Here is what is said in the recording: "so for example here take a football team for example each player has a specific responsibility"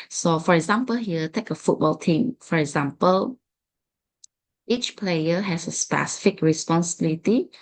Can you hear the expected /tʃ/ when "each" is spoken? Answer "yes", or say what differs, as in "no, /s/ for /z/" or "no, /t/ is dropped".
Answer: yes